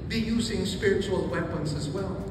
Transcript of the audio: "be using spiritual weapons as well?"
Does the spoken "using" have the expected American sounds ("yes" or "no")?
yes